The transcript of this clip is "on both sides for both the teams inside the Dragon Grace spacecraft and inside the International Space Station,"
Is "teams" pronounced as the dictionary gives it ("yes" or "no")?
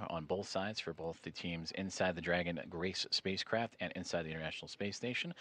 yes